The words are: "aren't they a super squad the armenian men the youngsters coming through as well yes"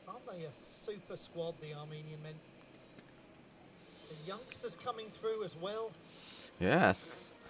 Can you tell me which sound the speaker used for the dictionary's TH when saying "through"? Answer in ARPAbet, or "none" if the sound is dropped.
TH